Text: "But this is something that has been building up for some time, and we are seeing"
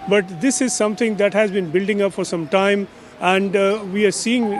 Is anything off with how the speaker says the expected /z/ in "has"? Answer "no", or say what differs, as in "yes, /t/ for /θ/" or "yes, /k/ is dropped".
no